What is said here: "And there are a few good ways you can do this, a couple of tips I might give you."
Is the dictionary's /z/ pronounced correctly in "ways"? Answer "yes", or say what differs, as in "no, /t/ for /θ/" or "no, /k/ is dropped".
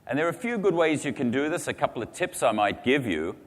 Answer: yes